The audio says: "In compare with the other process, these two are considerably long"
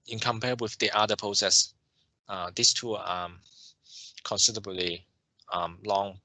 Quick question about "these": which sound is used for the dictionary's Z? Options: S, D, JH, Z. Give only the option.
S